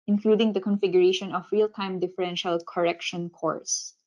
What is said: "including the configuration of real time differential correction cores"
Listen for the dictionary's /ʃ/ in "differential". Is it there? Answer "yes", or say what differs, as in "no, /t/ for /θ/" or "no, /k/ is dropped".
yes